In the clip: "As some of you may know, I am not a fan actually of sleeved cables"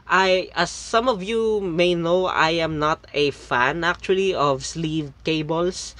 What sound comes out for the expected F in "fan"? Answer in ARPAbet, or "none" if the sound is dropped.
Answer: F